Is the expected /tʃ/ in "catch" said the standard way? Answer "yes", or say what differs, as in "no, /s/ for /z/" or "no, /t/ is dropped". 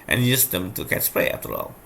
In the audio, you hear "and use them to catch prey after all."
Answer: no, /s/ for /tʃ/